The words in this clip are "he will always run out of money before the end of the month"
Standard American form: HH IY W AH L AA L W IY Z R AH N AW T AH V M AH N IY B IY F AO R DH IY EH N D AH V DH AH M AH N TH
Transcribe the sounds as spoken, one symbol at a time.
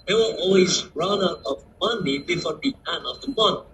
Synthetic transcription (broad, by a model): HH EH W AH N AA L W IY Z R AH N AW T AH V M AH N IY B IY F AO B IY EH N AH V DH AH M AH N